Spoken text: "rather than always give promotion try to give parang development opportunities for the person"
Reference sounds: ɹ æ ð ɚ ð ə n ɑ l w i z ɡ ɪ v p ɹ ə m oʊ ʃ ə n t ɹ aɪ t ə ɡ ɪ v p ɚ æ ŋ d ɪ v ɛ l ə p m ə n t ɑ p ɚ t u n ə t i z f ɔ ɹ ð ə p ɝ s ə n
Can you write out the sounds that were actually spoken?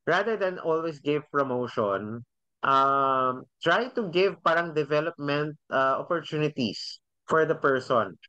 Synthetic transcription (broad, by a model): ɹ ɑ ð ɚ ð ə n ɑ l w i s ɡ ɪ v p ɹ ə m oʊ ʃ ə n t ɹ aɪ t ə ɡ ɪ v p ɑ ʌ ŋ d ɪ v ɛ l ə p m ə n t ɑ p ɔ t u n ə t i s f ɔ ɹ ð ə p ɝ s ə n